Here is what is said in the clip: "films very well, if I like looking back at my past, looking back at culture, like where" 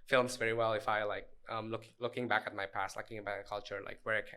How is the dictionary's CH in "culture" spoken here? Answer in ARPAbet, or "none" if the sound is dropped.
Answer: CH